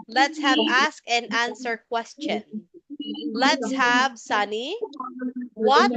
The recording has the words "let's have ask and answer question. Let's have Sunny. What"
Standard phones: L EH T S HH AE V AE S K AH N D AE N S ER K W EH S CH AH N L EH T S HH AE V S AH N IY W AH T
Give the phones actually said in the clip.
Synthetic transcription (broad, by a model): L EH T S HH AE V AE S K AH N AE N S ER K W EH S CH AH N L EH T S HH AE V S AH N IY W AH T